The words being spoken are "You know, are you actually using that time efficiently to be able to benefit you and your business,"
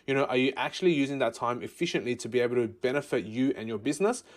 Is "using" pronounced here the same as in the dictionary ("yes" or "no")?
yes